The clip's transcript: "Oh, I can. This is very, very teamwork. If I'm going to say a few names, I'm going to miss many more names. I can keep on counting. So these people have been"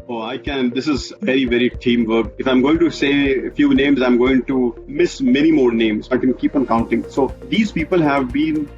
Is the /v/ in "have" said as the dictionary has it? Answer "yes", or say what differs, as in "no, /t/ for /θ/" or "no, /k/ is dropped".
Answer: yes